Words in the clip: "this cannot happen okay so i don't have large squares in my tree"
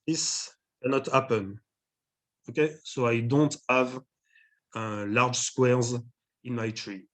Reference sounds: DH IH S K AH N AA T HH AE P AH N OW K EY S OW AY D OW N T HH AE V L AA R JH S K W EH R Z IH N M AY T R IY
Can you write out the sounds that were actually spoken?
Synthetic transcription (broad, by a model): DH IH S K AH N AA T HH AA P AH N OW K EY S OW AY D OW N T HH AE V L AA R JH S K W EH R Z IH N M AY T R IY